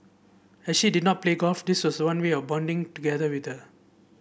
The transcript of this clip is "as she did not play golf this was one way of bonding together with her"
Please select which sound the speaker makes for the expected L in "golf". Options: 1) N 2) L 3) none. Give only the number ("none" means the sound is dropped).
3